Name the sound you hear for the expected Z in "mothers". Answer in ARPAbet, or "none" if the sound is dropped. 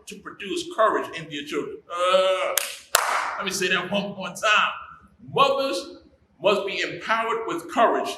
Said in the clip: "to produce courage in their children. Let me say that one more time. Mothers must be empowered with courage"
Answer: Z